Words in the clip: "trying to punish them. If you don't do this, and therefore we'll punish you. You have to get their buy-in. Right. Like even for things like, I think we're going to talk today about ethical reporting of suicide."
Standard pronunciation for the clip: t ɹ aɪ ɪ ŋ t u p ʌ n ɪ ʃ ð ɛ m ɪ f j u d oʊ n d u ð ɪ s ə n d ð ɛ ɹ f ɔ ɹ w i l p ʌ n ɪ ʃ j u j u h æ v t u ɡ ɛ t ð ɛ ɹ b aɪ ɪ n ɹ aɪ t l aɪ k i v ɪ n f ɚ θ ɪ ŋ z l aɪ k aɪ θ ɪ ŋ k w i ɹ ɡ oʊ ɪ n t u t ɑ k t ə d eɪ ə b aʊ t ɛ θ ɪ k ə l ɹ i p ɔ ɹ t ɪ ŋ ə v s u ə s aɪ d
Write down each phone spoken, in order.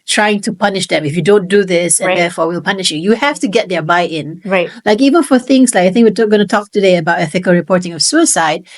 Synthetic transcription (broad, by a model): t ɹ aɪ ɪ ŋ t u p ʌ n ɪ ʃ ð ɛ m ɪ f j u d oʊ n d u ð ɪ s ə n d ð ɛ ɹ f ɔ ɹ w i l p ʌ n ɪ ʃ j u j u h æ f t u ɡ ɛ t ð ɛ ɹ b aɪ ɪ n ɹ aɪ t l aɪ k i v ɪ n f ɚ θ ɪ ŋ s l aɪ k aɪ θ ɪ ŋ k w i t ɡ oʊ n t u t ɑ k t ə d eɪ ə b aʊ t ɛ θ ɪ k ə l ɹ i p ɔ ɹ t ɪ ŋ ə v s u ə s aɪ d